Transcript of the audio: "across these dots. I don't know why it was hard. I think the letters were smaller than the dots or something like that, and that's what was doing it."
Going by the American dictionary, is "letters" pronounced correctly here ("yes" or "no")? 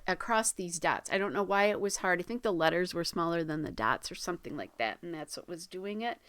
yes